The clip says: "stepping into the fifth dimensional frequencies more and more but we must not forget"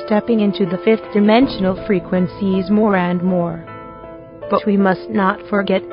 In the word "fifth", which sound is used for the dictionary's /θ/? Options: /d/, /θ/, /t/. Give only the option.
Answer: /θ/